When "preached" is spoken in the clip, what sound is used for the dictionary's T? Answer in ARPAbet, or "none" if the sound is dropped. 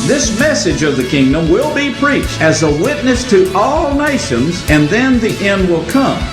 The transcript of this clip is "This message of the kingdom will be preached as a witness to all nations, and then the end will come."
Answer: T